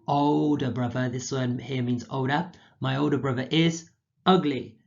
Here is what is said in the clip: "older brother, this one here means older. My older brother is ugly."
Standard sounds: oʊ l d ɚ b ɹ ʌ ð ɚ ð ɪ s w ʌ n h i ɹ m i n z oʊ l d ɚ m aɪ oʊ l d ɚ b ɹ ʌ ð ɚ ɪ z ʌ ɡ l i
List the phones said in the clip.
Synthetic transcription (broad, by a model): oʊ l d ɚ b ɹ ʌ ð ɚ ð ɪ s w ʌ n h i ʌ m i n z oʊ l d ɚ m aɪ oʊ l d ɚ b ɹ ʌ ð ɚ ɪ z ʌ ɡ l i